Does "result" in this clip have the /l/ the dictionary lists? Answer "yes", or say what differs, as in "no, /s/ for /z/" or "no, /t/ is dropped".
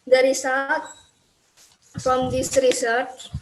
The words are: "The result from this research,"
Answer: no, /l/ is dropped